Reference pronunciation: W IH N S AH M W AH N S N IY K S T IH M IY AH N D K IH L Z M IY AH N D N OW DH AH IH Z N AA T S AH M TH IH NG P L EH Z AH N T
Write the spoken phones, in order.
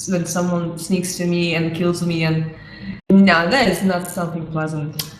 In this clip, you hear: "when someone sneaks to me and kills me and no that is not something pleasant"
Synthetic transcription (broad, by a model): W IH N S AH M W AH N S N IY K S T IH M IY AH N K IH L Z M IY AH N N OW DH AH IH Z N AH T S AH M TH IH NG P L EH Z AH N T